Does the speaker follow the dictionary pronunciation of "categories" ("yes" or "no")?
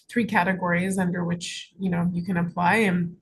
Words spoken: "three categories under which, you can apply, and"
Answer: yes